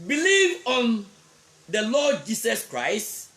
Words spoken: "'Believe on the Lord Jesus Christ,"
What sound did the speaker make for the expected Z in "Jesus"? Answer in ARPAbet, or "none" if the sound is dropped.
S